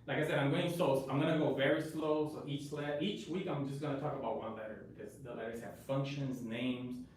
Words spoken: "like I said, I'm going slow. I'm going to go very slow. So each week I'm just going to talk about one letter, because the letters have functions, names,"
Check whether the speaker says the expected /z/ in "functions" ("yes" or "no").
yes